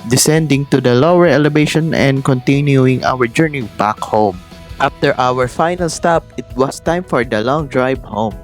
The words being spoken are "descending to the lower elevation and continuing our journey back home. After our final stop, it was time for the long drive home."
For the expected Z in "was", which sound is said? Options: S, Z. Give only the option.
S